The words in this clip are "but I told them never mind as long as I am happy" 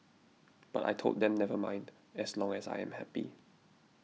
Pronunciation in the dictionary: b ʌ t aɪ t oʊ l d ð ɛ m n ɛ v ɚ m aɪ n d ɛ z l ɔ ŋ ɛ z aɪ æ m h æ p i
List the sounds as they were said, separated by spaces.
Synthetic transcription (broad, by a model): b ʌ t aɪ t oʊ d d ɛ m n ɛ v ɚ m aɪ n d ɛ s l ɔ ŋ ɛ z aɪ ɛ m h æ p i